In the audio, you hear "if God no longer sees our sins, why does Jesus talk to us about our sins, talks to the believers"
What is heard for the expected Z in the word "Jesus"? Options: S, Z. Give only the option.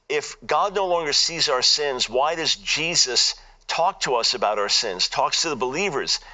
Z